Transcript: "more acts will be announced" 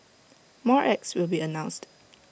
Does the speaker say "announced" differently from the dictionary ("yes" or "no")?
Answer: no